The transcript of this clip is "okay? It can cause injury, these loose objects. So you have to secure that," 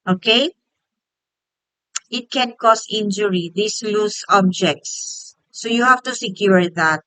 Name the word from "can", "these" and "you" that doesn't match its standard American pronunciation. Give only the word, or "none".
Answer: these